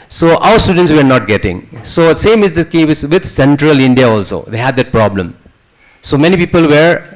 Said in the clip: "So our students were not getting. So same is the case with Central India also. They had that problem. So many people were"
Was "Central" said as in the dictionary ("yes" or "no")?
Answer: yes